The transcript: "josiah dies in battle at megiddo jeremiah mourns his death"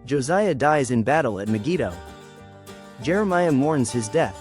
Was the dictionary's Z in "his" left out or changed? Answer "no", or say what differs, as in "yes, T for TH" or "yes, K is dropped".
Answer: no